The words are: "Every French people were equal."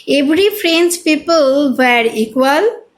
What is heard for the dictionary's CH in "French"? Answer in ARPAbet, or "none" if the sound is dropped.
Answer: S